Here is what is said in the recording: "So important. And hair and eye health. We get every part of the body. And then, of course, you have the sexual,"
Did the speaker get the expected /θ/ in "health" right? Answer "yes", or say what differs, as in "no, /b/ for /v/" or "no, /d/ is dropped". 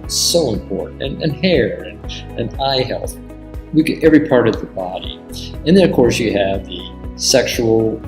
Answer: yes